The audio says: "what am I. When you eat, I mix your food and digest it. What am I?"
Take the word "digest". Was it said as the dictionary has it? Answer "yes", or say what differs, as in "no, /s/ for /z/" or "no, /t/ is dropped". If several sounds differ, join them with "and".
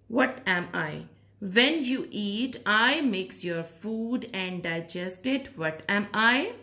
yes